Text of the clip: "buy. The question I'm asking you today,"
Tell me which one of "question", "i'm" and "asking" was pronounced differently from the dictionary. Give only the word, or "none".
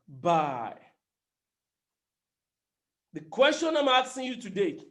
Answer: asking